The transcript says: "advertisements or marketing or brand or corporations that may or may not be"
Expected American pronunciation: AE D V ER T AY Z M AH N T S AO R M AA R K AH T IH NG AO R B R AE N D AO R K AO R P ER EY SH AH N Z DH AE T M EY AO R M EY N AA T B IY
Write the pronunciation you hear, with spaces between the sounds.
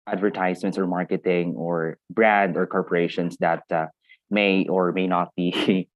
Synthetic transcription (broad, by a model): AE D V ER T AY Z M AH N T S AO R M AA R K AH T IH NG AO R B R AE N D AO R K AO R P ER EY SH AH N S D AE T M EY AO R M EY N AA T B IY